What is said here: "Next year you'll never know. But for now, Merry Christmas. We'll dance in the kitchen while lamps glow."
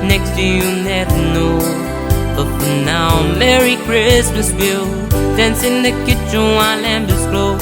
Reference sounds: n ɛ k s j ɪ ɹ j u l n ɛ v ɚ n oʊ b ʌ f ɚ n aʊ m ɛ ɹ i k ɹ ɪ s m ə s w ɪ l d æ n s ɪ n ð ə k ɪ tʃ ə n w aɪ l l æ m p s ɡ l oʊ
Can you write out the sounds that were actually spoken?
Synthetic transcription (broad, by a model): n ɛ k s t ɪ j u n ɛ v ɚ n oʊ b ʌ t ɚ n aʊ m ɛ ɹ i k ɹ ɪ s m ə s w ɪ l d æ n s ɪ n ð ə k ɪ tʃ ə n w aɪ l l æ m b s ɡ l oʊ